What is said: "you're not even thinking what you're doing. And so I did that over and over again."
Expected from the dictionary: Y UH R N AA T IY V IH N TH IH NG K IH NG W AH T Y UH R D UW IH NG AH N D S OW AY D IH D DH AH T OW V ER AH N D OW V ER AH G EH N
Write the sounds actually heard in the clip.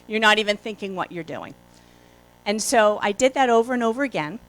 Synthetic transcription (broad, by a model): Y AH R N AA T IY V IH N TH IH NG K IH NG W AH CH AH R D UW IH NG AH N S OW AY D IH D DH AH T OW V ER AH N OW V ER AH G EH N